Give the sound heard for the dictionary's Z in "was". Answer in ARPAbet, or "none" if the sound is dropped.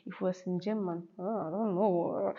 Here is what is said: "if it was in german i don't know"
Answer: S